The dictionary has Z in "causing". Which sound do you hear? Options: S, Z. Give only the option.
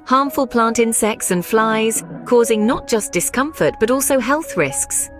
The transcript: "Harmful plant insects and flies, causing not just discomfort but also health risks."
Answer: Z